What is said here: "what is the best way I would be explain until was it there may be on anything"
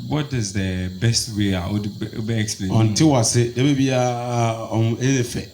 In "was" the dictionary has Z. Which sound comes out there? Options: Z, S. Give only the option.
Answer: S